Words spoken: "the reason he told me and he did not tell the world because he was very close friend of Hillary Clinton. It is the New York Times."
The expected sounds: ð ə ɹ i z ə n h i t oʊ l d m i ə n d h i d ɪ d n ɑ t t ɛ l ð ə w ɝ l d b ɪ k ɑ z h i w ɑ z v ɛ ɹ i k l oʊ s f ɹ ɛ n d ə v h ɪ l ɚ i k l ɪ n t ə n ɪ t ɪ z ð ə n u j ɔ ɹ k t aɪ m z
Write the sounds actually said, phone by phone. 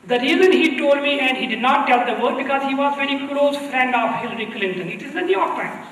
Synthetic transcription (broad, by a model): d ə ɹ i z ə n h i t oʊ l d m i ə n d h i d ɪ d n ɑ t t ɛ l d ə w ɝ d b ɪ k ɑ z h i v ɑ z v ɛ ɹ i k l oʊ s f ɹ ɛ n d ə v h ɪ l ɚ i k l ɪ n t ə n ɪ t ɪ z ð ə n u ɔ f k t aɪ